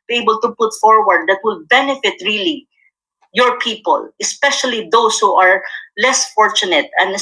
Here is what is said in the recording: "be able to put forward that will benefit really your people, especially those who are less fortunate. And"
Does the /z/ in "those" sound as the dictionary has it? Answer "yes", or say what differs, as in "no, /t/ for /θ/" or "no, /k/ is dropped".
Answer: no, /s/ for /z/